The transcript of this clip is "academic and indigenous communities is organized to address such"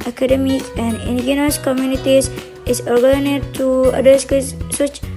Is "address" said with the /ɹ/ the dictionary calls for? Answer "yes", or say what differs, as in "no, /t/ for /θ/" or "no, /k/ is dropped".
no, /ɹ/ is dropped